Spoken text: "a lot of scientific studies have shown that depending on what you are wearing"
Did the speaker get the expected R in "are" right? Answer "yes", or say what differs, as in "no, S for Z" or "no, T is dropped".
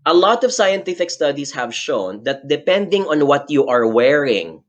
yes